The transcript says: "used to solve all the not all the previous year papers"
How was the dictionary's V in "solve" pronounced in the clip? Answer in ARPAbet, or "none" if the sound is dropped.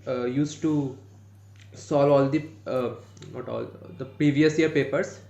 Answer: none